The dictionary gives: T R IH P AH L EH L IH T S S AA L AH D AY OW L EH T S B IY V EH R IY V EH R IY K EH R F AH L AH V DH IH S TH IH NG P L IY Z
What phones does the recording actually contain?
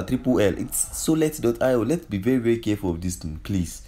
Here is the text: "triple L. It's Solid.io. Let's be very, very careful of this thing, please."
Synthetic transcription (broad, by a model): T R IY P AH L EH L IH T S S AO L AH D AY OW L EH T S B IY V EH R IY V EH R IY K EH F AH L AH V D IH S T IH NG P L IY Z